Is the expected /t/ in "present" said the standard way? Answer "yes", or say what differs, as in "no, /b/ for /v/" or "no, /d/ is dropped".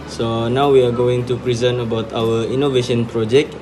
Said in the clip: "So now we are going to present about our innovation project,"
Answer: no, /t/ is dropped